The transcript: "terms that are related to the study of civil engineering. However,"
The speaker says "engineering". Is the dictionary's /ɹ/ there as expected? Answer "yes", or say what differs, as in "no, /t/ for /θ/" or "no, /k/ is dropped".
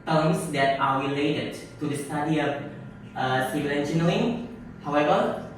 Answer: no, /l/ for /ɹ/